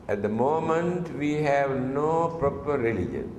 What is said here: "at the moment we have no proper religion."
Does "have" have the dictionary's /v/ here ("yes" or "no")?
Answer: yes